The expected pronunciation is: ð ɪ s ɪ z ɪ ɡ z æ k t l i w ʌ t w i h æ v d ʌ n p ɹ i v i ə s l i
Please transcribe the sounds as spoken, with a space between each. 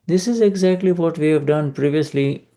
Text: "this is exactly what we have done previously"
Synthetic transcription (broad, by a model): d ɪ s ɪ z ɪ ɡ z æ k t l i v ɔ t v i h æ v d ʌ n p ɹ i v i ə s l i